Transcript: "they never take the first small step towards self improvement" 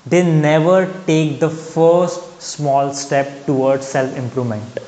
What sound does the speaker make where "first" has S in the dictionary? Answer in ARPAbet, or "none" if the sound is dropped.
S